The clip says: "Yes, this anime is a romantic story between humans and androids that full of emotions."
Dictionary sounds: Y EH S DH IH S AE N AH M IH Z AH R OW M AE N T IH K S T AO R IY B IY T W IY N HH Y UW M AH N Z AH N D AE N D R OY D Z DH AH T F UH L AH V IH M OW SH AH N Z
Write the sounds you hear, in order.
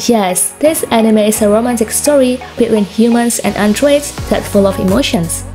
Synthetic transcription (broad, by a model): Y EH S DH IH S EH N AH M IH S AH R OW M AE N T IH K S T AO R IY B IY T W IY N HH Y UW M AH N S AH N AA N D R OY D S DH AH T F UH L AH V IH M OW SH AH N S